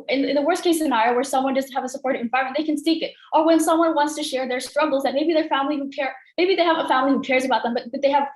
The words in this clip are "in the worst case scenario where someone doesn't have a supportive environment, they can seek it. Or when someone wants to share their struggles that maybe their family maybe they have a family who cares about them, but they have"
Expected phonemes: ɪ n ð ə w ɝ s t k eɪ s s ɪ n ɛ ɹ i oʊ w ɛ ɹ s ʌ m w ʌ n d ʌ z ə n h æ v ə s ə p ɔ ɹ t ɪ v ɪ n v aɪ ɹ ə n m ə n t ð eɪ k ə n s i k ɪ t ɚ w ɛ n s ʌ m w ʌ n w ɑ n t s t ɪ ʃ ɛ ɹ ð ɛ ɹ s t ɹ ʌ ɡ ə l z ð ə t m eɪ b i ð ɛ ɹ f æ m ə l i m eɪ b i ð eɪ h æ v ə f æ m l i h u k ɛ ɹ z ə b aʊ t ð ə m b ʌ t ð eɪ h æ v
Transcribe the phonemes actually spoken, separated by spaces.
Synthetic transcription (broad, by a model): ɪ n ð ə w ɝ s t k eɪ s s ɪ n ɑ i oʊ w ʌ ɹ s ʌ m w ʌ n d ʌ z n h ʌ v ə s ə p ɔ ɹ t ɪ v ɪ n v aɪ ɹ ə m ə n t ð eɪ k ə n s i k ɪ t ɚ w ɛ n s ʌ m w ʌ n w ɑ n t s t ɪ ʃ ɛ ɹ ð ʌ ɹ s t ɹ ʌ ɡ l z ð ə t m eɪ b i ð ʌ ɹ f æ m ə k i m eɪ b i ð eɪ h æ v ə f æ m l i h u k ɛ ɹ z ə b aʊ t ð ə m b ʌ t ð eɪ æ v